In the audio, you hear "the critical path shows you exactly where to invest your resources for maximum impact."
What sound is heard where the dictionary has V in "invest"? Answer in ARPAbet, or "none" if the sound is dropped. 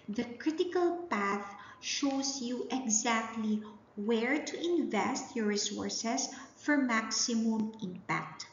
V